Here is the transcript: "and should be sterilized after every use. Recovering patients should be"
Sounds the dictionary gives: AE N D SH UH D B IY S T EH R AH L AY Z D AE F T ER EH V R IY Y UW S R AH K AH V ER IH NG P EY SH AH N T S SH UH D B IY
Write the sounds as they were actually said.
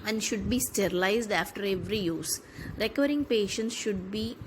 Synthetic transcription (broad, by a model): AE N D SH UH D B IY S T EH R AH L AY Z D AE F T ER EH V R IY Y UW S R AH K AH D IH NG P EY SH AH N T S SH UH D B IY